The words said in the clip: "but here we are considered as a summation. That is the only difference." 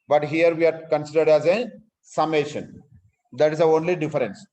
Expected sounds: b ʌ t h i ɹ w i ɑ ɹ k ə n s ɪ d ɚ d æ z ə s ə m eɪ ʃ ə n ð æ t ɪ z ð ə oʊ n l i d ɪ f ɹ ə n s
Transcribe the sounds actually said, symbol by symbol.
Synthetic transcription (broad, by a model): b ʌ t h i ɹ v i ɑ ɹ k ə n s ɪ d ɚ d æ z ə s ə m eɪ ʃ ə n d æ t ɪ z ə oʊ n l i d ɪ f ɹ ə n s